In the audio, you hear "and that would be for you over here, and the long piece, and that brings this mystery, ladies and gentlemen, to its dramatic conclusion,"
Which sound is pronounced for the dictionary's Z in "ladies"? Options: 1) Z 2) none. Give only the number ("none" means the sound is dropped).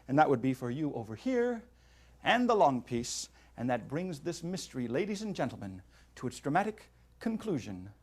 1